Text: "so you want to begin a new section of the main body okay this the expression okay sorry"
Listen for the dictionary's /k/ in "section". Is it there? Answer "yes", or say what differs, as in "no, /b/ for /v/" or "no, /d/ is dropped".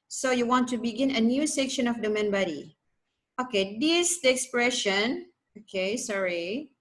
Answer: yes